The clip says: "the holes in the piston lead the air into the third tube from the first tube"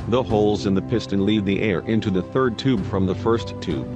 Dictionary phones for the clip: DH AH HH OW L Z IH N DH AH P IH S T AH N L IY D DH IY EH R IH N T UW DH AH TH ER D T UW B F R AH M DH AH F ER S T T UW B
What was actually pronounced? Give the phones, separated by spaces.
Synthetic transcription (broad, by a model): DH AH HH OW L Z IH N DH AH P IH S T AH N L IY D DH IY EH R IH N T UW DH AH TH ER D T UW B F R AH M DH AH F ER S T T UW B